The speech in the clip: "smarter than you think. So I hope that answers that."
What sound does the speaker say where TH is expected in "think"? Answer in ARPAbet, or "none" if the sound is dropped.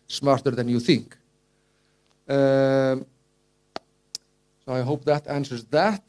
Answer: TH